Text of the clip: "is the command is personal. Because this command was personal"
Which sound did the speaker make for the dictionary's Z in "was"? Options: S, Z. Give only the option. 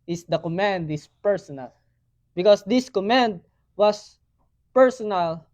S